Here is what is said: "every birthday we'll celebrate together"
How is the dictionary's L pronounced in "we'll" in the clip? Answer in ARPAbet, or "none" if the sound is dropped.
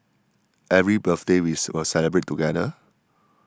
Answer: W